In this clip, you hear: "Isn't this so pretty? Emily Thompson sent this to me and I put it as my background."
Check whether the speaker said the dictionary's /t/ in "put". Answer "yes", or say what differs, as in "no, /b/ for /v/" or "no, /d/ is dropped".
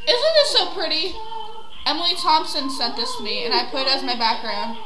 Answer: no, /t/ is dropped